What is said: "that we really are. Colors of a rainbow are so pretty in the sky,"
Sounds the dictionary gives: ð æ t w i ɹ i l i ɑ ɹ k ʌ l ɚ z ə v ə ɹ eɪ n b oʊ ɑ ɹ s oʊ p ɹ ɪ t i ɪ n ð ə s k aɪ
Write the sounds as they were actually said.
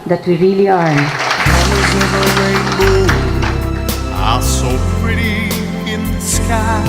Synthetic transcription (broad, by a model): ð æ t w i ɹ i l i ɑ ɹ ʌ ɚ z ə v ə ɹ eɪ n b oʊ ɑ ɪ s oʊ p ɹ ɪ t i ɪ n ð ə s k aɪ